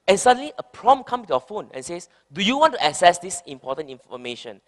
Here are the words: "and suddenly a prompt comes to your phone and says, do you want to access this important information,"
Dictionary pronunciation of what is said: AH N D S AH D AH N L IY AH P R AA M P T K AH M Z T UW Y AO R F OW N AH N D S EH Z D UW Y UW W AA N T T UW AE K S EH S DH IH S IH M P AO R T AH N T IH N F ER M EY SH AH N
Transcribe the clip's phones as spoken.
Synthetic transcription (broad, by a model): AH N S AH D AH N L IY AH P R AA M K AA M T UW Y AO F OW N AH N S EH S D UW Y UW W AA N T T UW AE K S EH S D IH S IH M P AO T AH N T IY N F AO M EY SH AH N